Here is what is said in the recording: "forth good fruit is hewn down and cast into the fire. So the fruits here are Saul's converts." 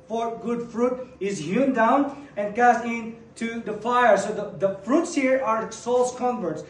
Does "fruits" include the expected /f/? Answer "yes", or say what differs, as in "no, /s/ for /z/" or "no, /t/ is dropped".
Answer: yes